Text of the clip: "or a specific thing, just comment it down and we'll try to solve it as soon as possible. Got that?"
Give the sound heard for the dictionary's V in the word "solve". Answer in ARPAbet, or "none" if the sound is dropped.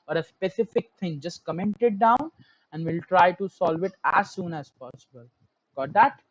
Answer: V